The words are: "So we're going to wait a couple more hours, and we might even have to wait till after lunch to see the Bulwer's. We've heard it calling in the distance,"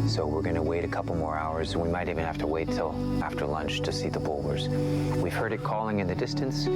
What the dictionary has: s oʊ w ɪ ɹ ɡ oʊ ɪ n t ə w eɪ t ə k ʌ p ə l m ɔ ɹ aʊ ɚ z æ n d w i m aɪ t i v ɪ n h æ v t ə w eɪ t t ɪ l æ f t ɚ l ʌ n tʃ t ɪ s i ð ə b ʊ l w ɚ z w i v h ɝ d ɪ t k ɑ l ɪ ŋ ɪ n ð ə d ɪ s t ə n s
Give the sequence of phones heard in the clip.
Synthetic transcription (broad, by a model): s oʊ w ɪ ɹ ɡ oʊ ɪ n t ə w eɪ t ə k ʌ p l m ɔ ɹ aʊ ɚ z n w i m aɪ t i v ɪ n h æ f t ə w eɪ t t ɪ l æ f t ɚ l ʌ n tʃ t ɪ s i ð ə b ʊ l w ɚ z w i v h ɝ d ɪ t k ɑ l ɪ ŋ ɪ n ð ə d ɪ s t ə n s